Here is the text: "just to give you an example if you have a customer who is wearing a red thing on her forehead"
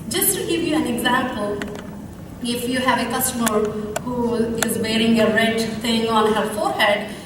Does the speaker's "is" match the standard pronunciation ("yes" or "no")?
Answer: yes